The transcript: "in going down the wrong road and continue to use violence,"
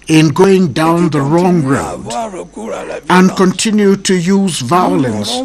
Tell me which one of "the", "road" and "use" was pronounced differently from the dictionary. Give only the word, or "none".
none